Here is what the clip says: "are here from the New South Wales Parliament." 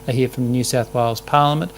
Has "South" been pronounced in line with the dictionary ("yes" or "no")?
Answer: yes